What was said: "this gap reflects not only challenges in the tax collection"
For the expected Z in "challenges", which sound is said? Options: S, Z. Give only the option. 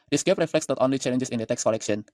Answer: S